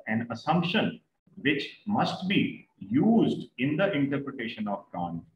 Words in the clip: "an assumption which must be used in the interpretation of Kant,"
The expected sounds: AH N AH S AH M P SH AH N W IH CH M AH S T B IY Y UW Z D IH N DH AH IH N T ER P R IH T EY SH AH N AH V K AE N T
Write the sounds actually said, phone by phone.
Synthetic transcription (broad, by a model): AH N AH S AH M P SH AH N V IH CH M AH S T B IY Y UW Z D IH N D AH IH N T ER P R IH T EY SH AH N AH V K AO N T